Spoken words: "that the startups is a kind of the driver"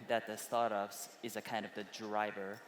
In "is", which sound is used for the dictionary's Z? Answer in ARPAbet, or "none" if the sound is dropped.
Z